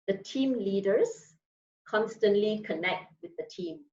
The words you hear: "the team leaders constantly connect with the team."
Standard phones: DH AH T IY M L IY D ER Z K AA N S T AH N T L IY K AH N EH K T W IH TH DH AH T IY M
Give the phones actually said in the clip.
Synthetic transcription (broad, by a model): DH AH T IY M L IY D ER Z K AA N S T AH N T L IY K AH N EH K T W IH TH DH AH T IY M